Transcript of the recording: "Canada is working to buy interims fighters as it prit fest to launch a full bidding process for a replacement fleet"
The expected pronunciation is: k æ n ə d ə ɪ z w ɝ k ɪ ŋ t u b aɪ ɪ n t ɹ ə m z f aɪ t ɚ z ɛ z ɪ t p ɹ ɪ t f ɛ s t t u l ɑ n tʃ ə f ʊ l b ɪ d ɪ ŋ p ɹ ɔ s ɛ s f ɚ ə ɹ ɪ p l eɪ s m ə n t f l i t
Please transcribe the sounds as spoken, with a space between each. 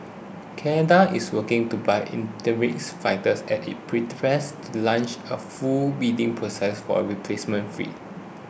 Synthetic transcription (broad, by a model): k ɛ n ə d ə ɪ s w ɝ k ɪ ŋ t u b aɪ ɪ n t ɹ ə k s f aɪ t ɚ s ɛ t ɪ t p ɹ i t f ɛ s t t u l ɑ n tʃ ə f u l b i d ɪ ŋ p ɹ ɔ s ɛ s f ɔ ə ɹ ɪ p l eɪ s m ə n t f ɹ i